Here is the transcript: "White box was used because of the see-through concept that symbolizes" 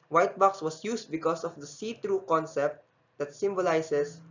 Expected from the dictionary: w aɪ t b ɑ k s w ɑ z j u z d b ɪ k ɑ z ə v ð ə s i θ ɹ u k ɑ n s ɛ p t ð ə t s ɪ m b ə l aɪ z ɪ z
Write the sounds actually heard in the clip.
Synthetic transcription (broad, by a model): w aɪ t b ɑ k s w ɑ s j u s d b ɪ k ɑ s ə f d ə s i t ɹ u k ɑ n s ɛ p t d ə t s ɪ m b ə l aɪ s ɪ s